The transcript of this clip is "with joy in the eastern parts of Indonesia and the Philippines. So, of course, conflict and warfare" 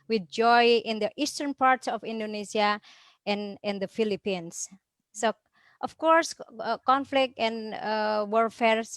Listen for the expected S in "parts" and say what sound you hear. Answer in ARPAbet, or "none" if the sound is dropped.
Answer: S